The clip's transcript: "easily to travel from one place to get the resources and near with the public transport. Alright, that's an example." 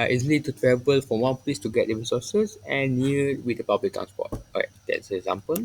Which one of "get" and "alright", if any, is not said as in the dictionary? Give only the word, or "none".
alright